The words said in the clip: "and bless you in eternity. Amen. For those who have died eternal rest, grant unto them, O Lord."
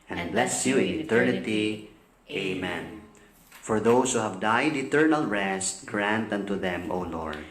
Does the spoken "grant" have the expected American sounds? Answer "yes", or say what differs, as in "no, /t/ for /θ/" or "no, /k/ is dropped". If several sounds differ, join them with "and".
yes